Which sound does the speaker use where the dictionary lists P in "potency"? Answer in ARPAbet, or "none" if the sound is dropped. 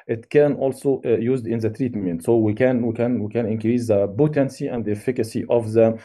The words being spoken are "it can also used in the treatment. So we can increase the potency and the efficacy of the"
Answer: B